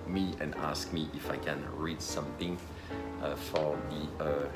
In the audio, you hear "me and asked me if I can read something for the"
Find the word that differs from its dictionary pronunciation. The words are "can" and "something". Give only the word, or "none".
something